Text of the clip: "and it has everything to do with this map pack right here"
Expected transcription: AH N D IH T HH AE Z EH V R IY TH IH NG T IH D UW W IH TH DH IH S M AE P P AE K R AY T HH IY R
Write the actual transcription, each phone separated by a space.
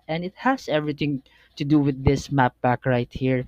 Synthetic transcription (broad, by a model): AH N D IH T HH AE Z EH V R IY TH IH NG T IH D UW W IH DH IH S M AE P B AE K R AY T HH IY R